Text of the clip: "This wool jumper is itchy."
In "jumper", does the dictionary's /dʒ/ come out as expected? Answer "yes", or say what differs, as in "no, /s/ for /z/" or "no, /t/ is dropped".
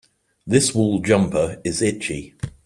yes